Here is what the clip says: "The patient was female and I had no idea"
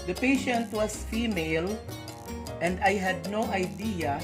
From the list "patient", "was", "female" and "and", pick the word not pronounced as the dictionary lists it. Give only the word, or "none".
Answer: was